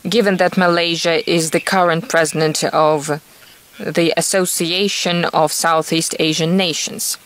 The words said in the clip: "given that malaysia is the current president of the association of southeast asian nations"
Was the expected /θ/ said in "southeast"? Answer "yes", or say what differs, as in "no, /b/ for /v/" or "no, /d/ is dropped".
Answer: yes